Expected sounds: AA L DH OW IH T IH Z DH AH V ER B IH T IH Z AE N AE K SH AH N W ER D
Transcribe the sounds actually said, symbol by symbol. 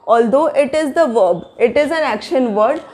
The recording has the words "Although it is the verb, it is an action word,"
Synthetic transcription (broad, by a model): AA L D OW IH T IH Z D AH V ER B IH T IH Z AE N AE K SH AH N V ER D